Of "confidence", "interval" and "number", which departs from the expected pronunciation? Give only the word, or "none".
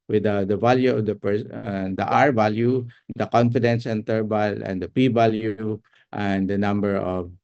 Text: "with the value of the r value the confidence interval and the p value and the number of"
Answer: interval